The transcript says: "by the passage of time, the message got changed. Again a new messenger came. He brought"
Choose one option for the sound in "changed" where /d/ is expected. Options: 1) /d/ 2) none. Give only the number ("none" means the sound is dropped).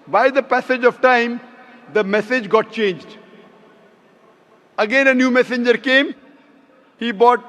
1